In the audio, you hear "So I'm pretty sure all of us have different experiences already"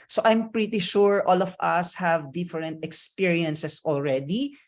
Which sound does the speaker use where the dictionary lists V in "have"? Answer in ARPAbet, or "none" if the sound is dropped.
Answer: V